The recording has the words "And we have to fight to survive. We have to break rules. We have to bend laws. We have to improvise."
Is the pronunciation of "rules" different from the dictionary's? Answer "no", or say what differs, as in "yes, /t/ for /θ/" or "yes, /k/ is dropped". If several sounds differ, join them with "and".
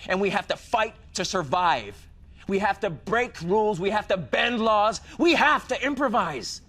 no